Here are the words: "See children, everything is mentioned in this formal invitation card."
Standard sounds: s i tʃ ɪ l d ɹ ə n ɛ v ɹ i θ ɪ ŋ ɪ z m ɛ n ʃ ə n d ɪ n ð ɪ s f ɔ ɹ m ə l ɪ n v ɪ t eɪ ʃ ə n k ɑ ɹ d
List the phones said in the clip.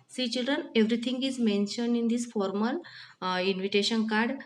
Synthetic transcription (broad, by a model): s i tʃ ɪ l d ɹ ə n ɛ v ɹ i t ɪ ŋ ɪ z m ɛ n ʃ ə n d ɪ n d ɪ s f ɔ ɹ m ə l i n v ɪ t eɪ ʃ ə n k ɑ ɹ d